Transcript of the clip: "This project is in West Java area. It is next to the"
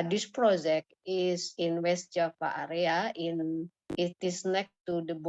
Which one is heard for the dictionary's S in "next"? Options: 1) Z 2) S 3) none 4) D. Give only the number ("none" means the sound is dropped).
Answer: 3